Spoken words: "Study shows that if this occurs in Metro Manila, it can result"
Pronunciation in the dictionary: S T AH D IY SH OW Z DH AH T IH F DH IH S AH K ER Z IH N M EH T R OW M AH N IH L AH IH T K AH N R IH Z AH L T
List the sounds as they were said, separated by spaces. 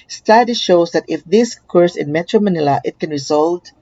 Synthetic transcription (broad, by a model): S T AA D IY SH OW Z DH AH T IH F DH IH S K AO S IH N M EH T R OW M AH N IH L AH IH T K AH N R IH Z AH L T